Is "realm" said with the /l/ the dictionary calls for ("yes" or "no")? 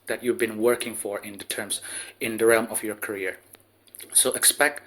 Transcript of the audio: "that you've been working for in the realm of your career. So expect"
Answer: yes